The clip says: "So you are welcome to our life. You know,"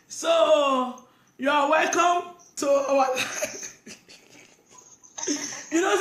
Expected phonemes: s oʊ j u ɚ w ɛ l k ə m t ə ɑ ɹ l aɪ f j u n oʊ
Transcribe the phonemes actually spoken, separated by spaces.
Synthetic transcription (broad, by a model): s oʊ j u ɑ w ɛ l k ə m t ə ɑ w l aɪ j u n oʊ